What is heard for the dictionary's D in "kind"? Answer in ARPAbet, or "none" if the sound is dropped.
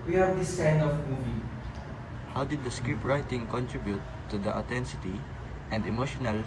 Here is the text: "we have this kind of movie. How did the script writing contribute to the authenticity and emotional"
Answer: none